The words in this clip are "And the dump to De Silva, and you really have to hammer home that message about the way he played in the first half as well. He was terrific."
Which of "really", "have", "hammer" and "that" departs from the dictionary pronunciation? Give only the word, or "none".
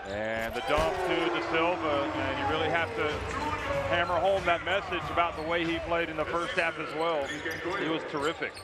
have